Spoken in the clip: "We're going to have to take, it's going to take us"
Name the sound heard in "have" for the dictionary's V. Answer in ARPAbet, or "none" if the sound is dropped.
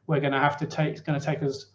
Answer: F